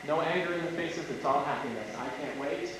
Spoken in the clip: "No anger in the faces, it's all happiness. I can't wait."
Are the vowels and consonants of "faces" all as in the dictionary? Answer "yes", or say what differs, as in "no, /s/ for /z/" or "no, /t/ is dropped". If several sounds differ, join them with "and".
yes